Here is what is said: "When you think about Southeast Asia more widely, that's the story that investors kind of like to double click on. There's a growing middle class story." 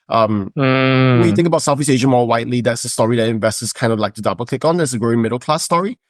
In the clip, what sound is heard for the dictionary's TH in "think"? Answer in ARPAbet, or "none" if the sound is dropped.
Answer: TH